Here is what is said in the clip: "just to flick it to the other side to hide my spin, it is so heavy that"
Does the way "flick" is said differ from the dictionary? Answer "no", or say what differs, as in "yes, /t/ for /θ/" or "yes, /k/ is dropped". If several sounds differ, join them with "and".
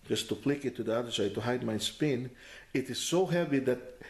yes, /p/ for /f/